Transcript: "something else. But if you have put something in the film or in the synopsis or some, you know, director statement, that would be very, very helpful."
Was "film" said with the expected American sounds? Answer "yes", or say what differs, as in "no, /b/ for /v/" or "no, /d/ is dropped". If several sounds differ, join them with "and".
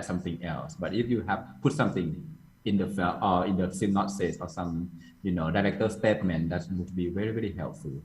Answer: no, /m/ is dropped